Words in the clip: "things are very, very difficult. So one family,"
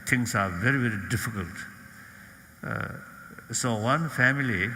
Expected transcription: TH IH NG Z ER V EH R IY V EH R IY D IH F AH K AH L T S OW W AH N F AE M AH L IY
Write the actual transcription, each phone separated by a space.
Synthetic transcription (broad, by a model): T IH NG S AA V EH R IY V EH R IY D IH F AH K AH L T S OW W AH N F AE M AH L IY